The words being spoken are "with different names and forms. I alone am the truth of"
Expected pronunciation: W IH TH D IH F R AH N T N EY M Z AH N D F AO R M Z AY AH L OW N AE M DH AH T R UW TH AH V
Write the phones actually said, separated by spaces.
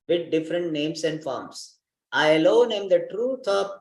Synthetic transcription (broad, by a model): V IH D D IH F R AH N T N EY M S AH N D F AO R M S AY AH L OW N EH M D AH T R UW T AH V